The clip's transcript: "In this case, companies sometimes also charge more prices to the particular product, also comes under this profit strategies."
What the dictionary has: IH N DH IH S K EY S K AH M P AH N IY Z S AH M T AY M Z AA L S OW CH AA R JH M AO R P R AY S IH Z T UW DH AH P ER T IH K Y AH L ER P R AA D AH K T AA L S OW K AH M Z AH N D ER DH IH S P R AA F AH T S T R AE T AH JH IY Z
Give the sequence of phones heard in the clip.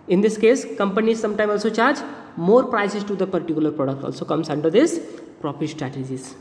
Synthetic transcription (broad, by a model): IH N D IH S K EY S K AH M P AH N IY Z S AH M T AY M AA L S OW CH AA R JH M AO R P R AY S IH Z T UW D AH P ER T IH K Y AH L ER P R AA D AH K T AA L S OW K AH M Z AH N D ER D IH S P R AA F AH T S T R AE T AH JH IY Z